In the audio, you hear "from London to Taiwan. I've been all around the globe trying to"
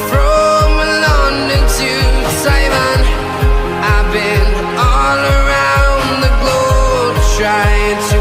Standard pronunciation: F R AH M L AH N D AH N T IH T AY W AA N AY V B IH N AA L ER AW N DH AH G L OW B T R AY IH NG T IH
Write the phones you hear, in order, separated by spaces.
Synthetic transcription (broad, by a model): F R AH M L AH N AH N T IH S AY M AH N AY B IH N AA L ER AW N DH AH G L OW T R AY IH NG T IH